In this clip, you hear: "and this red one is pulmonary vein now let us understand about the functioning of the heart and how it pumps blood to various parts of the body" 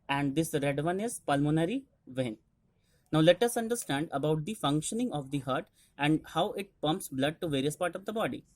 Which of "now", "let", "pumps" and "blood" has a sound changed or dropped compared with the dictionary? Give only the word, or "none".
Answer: none